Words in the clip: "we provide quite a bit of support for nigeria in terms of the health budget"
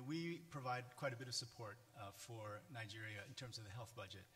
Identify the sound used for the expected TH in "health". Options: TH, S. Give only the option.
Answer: TH